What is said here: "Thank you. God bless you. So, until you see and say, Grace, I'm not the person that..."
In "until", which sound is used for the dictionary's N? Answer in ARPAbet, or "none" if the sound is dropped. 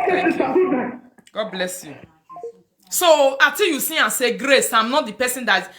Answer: none